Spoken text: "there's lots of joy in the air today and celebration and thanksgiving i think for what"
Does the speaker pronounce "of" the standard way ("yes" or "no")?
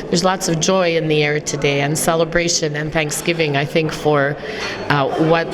yes